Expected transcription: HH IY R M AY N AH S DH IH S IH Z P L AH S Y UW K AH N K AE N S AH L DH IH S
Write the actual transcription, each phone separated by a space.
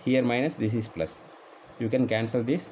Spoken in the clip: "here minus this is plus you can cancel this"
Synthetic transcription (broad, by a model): HH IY R M AY N AH S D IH S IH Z P L AH S Y UW K AH N K AE N S AH L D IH S